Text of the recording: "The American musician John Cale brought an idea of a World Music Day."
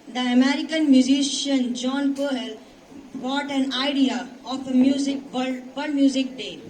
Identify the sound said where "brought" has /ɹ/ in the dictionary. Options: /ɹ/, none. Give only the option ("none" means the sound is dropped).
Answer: none